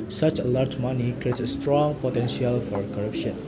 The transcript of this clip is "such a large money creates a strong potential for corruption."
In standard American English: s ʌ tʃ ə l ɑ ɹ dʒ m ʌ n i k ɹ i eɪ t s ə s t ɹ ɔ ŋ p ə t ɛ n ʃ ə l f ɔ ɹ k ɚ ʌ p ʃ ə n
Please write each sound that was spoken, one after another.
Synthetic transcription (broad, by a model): s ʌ tʃ ə l ɑ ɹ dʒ m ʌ n i k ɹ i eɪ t ə s t ɹ ɔ ŋ p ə t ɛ n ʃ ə l f ɔ ɹ k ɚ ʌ p ʃ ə n